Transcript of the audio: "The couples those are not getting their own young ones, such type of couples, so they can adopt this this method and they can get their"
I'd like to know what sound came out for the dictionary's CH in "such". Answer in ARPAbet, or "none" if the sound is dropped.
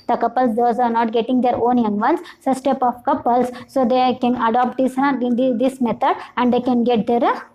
S